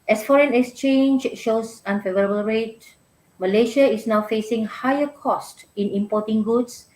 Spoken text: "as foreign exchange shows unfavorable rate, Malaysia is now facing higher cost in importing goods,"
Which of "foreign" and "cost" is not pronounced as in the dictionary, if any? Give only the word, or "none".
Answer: none